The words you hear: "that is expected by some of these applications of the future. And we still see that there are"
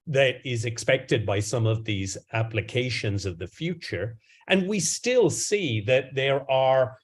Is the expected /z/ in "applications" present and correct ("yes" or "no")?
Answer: yes